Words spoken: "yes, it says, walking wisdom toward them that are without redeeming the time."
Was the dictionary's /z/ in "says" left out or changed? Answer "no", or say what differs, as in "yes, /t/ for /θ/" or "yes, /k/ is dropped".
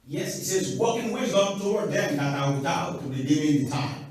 no